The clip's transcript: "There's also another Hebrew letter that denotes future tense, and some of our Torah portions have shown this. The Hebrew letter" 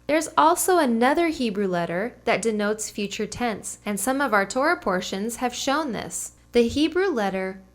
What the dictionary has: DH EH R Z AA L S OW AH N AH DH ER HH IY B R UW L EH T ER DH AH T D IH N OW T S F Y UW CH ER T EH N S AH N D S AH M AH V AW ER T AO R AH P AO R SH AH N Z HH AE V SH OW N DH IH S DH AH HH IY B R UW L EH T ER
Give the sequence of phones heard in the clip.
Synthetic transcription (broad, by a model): DH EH R Z AA L S OW AH N AH DH ER HH IY B R UW L EH T ER DH AH T D IH N OW T S F Y UW CH ER T EH N S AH N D S AH M AH V AW ER T AO R AH P AO R SH AH N Z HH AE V SH OW N DH IH S DH AH HH IY B R UW L EH T ER